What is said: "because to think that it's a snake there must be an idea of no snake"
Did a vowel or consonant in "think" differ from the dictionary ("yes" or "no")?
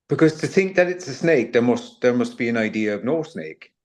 no